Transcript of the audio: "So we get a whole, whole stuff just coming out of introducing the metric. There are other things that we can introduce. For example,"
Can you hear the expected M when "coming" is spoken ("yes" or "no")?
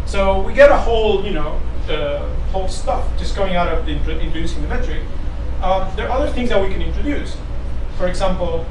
no